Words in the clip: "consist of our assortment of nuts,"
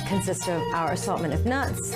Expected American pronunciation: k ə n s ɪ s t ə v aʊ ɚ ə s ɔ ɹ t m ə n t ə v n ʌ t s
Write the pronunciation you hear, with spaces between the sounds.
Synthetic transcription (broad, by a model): k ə n s ɪ s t ə v aʊ ɚ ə s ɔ l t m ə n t ə v n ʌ t s